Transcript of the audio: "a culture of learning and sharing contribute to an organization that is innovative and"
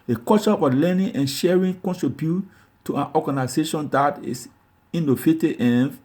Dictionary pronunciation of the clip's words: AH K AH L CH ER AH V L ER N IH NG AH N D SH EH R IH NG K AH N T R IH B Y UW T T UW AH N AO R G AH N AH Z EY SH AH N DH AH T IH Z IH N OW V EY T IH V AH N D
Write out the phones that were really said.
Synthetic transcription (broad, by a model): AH K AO CH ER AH L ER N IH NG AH N SH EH R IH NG K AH N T R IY B Y UW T T UW AH N AO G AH N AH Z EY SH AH N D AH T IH S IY N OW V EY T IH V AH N